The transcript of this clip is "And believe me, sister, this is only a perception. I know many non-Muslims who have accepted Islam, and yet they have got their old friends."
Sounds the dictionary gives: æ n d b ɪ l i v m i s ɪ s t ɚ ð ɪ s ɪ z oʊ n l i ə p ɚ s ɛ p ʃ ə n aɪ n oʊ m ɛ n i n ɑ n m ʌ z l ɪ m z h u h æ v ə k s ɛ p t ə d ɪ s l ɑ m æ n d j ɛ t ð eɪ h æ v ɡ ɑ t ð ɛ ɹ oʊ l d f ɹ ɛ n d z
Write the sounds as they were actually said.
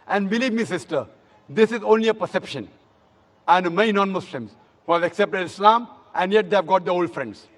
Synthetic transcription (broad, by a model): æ n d b ɪ l i v m i s ɪ s t ɚ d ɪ s ɪ z oʊ n l i ə p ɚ s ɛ p ʃ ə n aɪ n m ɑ i n ɑ n m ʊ s l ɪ m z h u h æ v ə k s ɛ p t ə d ɪ s l ɑ m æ n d j ɛ t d eɪ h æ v ɡ ɑ t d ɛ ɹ oʊ l d f ɹ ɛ n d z